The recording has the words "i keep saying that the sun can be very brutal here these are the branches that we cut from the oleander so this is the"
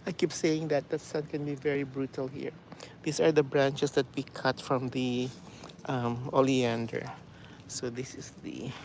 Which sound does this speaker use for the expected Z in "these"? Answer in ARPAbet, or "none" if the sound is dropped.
S